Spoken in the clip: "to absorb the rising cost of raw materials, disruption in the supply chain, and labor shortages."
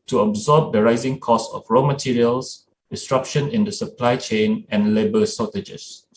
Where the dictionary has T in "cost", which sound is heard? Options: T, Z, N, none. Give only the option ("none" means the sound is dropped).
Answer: none